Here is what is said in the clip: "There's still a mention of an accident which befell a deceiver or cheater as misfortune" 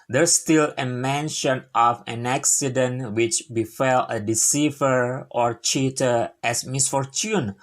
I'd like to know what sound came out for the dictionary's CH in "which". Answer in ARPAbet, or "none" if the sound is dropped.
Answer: CH